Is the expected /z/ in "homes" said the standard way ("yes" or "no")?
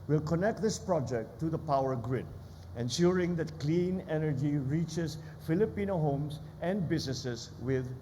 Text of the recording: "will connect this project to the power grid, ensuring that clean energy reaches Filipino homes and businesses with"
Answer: no